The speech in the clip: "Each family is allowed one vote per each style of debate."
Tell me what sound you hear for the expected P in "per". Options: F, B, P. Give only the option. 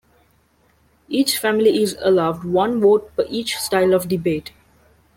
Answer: F